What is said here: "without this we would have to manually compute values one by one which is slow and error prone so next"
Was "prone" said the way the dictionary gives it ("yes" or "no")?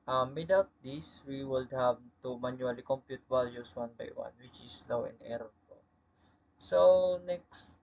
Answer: no